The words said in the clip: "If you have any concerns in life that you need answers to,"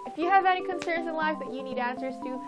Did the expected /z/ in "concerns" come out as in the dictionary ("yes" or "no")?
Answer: yes